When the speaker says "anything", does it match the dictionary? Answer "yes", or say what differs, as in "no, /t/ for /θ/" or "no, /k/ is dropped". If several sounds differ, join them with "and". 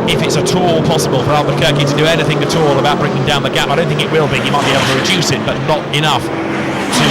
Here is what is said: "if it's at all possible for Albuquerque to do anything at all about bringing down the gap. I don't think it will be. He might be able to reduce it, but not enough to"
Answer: yes